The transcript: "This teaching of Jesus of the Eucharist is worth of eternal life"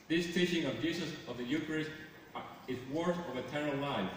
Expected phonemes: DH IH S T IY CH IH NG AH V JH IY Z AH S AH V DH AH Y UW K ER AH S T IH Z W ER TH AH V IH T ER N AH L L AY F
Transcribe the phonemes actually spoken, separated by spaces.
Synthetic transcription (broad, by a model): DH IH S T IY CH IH NG AH V JH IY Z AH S AH V DH AH Y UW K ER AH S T IH Z W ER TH AH V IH T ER AH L L AY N